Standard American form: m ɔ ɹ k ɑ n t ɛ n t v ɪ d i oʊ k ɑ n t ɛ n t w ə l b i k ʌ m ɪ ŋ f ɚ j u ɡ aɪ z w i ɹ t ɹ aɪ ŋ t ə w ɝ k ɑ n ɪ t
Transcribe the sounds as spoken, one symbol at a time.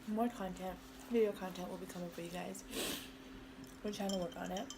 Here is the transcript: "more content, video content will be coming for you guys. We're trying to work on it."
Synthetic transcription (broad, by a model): m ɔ ɹ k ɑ n t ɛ n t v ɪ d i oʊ k ɑ n t ɛ n t w ə l b i k ʌ m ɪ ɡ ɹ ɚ ɡ aɪ z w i l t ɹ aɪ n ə w ɝ k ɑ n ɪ t